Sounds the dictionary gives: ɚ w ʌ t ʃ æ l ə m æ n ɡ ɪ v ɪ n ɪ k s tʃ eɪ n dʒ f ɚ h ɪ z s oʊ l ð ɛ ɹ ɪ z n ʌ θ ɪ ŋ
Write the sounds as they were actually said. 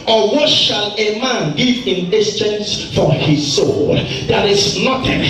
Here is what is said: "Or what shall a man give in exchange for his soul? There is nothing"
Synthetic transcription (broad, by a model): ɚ w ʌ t ʃ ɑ l ə m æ n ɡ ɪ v ɪ n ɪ s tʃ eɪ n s f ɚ h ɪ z s oʊ l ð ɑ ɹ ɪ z n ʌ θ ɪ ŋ